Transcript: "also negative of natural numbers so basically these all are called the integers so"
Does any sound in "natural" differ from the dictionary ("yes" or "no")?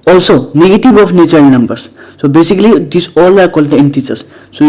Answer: yes